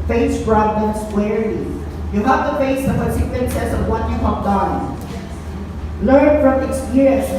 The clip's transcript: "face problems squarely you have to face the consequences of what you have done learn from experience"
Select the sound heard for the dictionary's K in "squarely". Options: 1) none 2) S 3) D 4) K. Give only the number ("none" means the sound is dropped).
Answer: 1